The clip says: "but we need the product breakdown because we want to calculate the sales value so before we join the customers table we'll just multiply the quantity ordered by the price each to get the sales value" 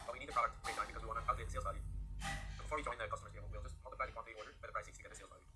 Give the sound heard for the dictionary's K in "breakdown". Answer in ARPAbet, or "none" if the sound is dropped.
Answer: none